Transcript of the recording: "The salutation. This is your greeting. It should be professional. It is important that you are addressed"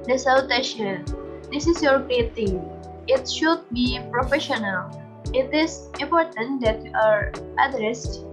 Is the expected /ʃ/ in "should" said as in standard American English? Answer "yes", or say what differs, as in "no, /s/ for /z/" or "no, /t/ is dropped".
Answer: yes